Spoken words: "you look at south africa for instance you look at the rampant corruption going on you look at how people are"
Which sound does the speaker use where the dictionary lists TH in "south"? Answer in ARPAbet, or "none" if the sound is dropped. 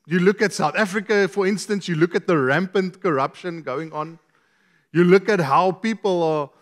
TH